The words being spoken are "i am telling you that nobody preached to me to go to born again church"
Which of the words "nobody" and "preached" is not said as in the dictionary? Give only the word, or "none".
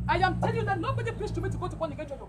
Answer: preached